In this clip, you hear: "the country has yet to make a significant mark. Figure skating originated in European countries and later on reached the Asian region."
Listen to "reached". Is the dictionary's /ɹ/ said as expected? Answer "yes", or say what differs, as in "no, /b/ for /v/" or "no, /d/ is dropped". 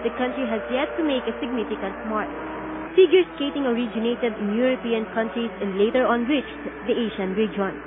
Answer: no, /w/ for /ɹ/